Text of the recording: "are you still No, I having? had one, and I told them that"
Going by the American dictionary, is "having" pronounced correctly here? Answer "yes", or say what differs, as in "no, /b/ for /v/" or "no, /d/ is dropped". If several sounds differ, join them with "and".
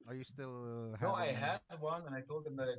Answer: no, /v/ is dropped